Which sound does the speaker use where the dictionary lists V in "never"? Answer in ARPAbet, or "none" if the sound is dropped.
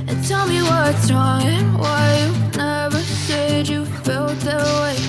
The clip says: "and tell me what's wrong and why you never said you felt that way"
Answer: V